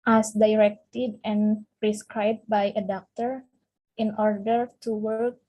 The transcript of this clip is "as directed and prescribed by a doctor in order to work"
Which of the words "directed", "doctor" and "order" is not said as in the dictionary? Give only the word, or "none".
none